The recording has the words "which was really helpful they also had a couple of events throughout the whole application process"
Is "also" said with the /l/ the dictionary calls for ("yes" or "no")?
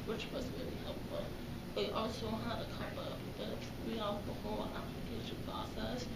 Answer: yes